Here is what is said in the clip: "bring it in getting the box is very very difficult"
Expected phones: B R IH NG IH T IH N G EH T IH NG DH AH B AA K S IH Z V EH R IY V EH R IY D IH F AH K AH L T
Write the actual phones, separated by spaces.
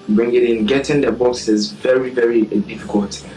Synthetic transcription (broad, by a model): B R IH NG IH T IH N G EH T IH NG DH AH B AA S IH Z V EH R IY V EH R IY D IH F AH K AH L T